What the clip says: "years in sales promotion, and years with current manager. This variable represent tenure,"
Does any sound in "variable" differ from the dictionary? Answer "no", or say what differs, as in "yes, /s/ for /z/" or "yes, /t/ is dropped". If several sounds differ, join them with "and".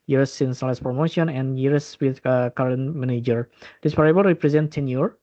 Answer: yes, /p/ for /v/